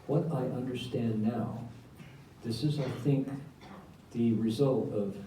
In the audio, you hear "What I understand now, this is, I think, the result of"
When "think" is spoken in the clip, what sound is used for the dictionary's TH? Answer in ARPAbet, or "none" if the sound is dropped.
TH